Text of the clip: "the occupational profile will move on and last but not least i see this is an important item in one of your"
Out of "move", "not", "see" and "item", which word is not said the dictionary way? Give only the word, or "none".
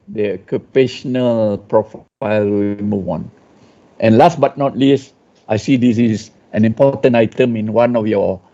move